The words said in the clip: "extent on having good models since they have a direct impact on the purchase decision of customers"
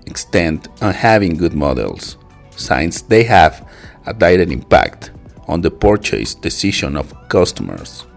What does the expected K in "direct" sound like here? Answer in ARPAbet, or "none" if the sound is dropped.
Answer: none